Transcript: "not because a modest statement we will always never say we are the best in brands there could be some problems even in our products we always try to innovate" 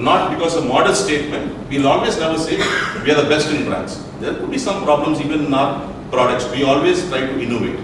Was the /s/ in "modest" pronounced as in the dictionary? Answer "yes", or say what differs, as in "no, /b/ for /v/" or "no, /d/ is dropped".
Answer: no, /s/ is dropped